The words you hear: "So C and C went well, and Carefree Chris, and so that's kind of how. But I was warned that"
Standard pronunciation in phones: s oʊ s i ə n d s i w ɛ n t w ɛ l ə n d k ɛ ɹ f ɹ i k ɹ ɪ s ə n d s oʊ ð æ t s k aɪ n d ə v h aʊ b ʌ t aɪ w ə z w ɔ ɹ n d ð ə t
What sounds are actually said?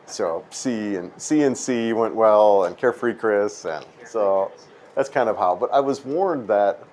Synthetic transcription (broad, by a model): s oʊ s i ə n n s i w ɛ n t w ɛ l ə n k ɛ ɹ f ɹ i k ɹ ɪ s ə n s oʊ ð æ t s k aɪ n d ə v h aʊ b ʌ t aɪ w ə z w ɔ ɹ n ð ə t